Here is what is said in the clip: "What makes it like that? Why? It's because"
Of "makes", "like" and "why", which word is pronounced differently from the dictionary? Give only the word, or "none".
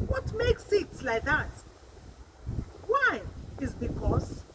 none